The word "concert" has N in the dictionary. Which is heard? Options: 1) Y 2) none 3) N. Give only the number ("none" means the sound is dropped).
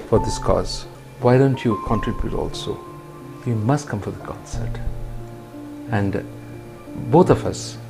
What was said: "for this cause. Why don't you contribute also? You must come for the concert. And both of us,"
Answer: 2